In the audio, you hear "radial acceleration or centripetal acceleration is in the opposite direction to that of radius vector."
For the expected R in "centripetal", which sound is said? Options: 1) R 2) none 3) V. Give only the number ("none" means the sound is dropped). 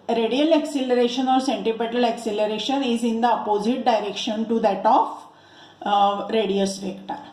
2